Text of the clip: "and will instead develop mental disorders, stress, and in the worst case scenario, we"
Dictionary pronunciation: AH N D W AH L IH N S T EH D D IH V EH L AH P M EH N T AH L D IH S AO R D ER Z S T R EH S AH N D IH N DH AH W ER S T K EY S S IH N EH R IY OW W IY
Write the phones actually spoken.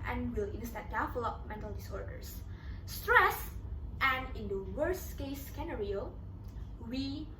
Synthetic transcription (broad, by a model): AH N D W AH L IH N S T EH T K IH F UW L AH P M EH N T AH L D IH S AO R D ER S S T R EH S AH N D IH N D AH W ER S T K EY S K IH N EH R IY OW W IY